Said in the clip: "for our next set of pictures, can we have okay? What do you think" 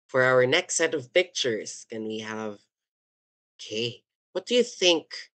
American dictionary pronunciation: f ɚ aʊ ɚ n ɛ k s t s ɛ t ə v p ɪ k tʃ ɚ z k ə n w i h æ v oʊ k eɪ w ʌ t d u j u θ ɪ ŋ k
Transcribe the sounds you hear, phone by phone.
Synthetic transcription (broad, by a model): f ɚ aʊ ɚ n ɛ k s t s ɛ t ə v p ɪ k tʃ ɚ z k ə n w i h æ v oʊ k eɪ w ʌ t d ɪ j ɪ θ ɪ ŋ k